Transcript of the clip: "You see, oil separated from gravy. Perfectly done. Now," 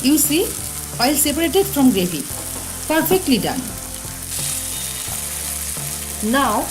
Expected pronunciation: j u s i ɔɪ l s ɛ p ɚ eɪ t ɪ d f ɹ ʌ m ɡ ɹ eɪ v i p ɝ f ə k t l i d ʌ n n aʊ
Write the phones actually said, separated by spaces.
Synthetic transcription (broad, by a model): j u s i ɔɪ l s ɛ p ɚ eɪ t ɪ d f ɹ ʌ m ɡ ɹ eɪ f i p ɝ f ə k t l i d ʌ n n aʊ